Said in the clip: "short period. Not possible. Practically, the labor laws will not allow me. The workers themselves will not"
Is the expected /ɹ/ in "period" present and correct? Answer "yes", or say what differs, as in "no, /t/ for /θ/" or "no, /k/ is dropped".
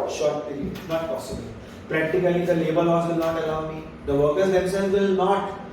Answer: no, /ɹ/ is dropped